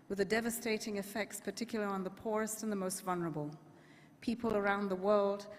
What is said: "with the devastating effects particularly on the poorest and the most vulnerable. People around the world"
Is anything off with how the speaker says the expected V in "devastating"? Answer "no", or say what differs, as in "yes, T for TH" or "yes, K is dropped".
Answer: no